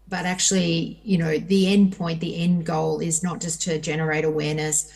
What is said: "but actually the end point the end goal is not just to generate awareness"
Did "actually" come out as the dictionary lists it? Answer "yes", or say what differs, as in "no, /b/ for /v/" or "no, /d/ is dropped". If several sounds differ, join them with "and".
no, /n/ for /l/